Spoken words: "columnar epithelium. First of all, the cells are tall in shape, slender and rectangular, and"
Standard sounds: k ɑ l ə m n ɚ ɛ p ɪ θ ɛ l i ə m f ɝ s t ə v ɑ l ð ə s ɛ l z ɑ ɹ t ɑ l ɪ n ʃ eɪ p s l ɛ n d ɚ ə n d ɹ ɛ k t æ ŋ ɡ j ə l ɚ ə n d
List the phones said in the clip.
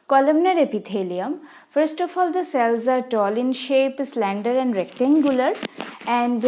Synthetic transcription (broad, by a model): k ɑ l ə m n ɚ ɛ p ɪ t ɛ l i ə m f ɝ s t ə f ɑ l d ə s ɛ l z ɑ ɹ t ɑ l ɪ n ʃ eɪ p s l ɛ n d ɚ ə n d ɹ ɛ k t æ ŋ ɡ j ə l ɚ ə n d